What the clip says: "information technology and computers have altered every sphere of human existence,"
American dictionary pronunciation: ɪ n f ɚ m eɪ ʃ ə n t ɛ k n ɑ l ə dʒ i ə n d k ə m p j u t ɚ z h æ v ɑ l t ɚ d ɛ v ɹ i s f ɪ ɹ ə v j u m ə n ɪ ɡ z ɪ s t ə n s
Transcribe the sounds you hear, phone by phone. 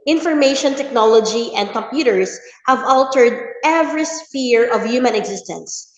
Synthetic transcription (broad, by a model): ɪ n f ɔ m eɪ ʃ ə n t ɛ k n ɑ l ə dʒ i ə n d k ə m p j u t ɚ s h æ v ɑ l t ɚ d ɛ v ɹ i s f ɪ ɹ ə v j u m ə n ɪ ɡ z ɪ s t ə n s